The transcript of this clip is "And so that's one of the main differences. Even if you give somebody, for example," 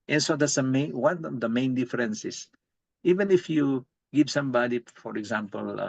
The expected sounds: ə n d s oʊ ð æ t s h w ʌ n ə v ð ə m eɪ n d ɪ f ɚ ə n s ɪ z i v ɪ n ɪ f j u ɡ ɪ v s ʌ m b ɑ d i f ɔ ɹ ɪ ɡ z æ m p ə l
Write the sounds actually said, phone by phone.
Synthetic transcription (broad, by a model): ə n s oʊ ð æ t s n w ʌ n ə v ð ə m eɪ n d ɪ f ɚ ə n s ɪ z i v ɪ n ɪ f j u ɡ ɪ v s ʌ m b ɑ d i f ɔ ɹ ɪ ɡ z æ m p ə l